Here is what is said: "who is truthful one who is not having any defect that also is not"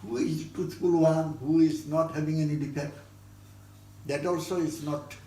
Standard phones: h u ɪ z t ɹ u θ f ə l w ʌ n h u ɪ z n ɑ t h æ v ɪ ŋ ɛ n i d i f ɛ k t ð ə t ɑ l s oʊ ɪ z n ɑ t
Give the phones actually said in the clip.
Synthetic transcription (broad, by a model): h u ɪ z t u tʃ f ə l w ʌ n h u ɪ z n ɑ t h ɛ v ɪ ŋ ɛ n i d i p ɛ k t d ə t ɑ l s oʊ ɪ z n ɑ t